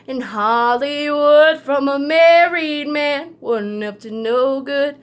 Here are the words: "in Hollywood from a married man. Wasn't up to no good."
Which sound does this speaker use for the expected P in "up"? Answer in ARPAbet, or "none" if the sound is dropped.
F